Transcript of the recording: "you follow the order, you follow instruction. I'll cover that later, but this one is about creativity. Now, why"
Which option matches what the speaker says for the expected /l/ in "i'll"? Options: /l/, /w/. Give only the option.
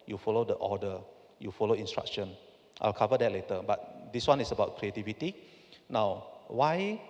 /l/